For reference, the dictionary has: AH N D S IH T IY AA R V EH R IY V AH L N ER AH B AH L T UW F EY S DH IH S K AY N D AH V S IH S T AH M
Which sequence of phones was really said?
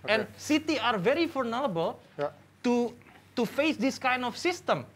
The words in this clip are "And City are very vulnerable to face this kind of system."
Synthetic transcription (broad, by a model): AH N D S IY T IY AA R V EH R IY F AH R N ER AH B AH L T UW F EY S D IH S K AY N D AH F S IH S T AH M